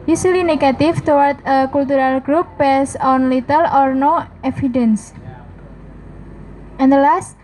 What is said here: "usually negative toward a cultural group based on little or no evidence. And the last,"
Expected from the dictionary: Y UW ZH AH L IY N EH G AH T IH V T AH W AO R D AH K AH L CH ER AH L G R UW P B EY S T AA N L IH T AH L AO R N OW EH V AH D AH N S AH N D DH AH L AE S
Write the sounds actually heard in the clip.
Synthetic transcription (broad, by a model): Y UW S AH L IY N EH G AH T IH F T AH W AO R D AH K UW L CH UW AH L G R UW P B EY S AA N L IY T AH L AO R N OW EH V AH D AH N S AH N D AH L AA S